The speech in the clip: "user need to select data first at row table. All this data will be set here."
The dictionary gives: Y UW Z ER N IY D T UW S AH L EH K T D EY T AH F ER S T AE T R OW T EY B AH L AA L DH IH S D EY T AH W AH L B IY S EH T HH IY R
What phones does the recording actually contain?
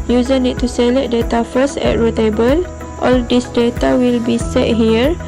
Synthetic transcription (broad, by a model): Y UW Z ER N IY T T UW S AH L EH T D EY T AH F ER S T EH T R OW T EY B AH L AA L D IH S D EY T AH W AH L B IY S EH T HH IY R